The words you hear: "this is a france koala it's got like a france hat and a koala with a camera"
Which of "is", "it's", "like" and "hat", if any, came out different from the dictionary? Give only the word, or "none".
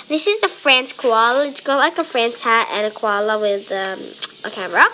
none